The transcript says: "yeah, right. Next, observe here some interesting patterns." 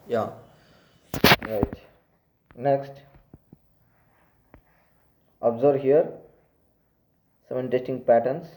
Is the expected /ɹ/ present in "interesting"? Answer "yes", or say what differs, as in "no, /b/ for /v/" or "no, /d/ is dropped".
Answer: no, /ɹ/ is dropped